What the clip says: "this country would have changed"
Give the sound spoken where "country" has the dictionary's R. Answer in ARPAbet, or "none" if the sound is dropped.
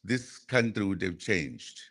R